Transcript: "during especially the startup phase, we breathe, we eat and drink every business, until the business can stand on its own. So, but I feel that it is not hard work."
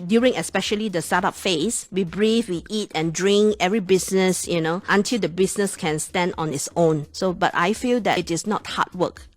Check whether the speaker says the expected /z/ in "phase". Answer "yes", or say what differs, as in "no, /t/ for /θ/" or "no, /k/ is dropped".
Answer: no, /s/ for /z/